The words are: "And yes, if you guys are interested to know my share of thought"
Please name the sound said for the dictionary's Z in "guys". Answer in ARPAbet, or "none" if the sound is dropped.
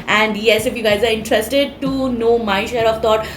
Z